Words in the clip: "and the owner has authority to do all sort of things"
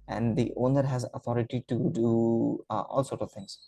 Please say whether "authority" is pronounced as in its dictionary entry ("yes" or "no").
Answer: no